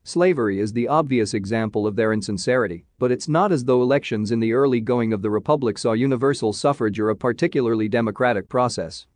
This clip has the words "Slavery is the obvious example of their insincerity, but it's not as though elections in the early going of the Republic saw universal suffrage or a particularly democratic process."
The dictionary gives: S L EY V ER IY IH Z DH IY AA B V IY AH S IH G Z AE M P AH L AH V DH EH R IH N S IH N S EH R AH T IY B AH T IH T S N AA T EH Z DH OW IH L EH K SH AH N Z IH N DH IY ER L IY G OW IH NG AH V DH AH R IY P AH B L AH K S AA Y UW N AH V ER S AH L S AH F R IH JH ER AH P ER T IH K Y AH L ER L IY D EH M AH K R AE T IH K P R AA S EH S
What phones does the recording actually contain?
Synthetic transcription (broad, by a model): S L EY V ER IY IH Z DH IY AA B V IY AH S IH G Z AE M P AH L AH V DH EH R IH N S IH N S EH R AH T IY B AH T IH T S N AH T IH Z DH OW IH L EH K SH AH N Z IH N DH IY ER L IY G OW IH NG AH V DH AH R IY P AH B L AH K S AA Y UW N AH V ER S L S AH F R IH JH ER AH P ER T IH K Y L ER L IY D EH M AH K R AE T IH K P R AA S EH S